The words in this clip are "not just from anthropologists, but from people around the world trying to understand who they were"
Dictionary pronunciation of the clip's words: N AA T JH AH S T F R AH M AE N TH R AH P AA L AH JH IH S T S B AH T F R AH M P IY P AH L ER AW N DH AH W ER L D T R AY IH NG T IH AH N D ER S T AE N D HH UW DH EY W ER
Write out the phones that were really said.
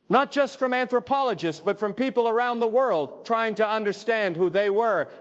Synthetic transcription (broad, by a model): N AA T JH AH S T F R AH M AE N TH R AH P AA L AH JH IH S T S B AH T F R AH M P IY P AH L ER AW N DH AH W ER L D T R AY IH NG T IH AH N D ER S T AE N D HH UW DH EY W ER